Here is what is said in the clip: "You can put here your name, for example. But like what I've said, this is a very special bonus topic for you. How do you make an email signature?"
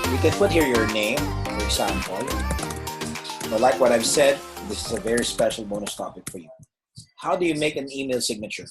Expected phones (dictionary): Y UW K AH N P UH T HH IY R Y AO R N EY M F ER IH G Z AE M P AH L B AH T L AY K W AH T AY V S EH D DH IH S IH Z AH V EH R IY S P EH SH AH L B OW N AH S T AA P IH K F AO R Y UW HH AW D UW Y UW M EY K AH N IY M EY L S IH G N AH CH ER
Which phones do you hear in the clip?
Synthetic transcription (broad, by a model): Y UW K AH N P UH T HH IY R Y AO R N EY M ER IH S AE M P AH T B AH T L AY K W AH T AY V S EH D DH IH S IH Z AH V EH R IY S P EH SH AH L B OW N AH S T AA P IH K F AO R Y UW HH AW D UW Y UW M EY K AH N IY M EY L S IH G N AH CH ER